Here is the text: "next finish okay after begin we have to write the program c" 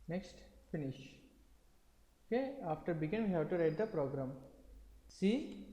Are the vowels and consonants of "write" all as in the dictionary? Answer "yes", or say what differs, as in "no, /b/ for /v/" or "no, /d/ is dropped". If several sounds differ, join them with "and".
yes